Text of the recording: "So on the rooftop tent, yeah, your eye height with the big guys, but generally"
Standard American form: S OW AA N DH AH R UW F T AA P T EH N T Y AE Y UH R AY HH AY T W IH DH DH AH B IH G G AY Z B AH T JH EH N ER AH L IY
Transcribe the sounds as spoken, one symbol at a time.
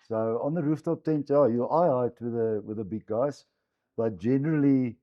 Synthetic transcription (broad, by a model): S OW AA N DH AH R UW F T AA P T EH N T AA Y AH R AY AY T W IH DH DH AH B IH G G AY S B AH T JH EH N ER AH L IY